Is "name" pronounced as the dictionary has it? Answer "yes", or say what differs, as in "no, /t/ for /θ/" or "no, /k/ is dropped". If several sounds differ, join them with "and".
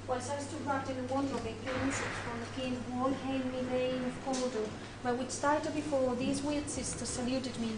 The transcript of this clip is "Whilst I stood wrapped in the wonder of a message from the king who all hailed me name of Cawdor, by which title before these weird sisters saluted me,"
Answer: no, /l/ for /n/